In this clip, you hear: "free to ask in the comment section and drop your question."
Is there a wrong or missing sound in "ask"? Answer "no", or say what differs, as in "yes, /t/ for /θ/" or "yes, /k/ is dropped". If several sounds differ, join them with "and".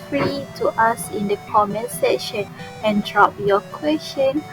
yes, /k/ is dropped